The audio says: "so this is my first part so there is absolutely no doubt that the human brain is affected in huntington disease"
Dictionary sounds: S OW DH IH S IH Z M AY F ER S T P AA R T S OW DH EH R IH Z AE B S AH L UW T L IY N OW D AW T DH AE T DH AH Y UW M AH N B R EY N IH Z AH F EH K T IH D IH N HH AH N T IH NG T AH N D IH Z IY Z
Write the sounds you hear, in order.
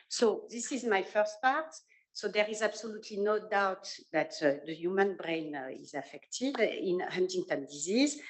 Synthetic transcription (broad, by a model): S OW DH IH S IH Z M AY F ER S T P AA R T S OW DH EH R IH Z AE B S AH L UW T L IY N OW D AW T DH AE T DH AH Y UW M AH N B R EY N IH Z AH F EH K T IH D IH N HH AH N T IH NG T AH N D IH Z IY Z